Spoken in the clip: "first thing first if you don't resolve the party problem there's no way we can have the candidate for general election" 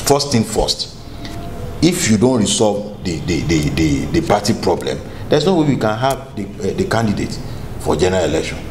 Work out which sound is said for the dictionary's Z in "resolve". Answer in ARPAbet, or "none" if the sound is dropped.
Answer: S